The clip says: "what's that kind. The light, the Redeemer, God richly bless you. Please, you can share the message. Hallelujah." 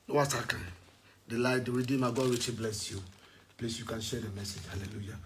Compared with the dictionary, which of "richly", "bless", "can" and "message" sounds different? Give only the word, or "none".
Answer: richly